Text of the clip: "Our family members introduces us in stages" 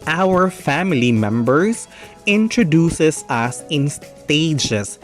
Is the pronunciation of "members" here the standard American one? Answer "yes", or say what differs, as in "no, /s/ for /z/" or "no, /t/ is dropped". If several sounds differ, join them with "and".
no, /s/ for /z/